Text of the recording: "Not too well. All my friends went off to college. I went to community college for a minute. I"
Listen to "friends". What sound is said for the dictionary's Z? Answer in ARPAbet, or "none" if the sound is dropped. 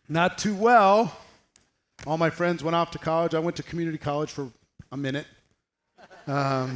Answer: Z